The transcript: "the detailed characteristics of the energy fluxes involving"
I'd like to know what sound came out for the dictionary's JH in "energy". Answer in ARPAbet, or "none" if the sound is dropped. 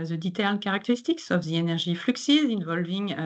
ZH